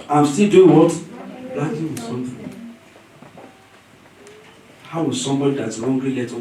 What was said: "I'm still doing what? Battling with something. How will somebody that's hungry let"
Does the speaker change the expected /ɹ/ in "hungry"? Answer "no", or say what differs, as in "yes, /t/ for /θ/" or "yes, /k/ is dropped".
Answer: yes, /l/ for /ɹ/